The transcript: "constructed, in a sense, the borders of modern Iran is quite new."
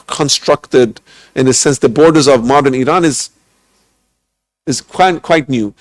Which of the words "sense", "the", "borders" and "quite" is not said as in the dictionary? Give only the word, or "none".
none